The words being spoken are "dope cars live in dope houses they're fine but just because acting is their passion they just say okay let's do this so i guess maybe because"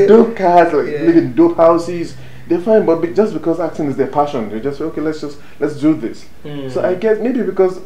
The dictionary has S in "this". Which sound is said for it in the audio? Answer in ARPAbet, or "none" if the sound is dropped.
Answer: S